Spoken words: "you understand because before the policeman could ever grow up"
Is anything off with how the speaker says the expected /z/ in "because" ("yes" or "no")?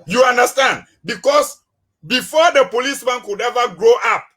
yes